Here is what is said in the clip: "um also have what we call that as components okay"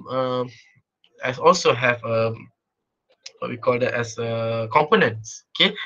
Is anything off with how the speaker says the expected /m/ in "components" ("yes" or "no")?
no